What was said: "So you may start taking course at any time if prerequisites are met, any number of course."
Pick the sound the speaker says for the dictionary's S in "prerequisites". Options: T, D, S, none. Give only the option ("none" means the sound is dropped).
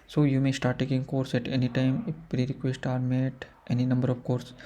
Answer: none